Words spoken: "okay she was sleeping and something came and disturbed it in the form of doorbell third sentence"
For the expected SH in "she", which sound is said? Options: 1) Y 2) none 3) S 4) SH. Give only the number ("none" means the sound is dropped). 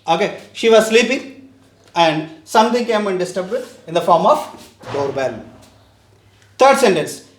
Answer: 4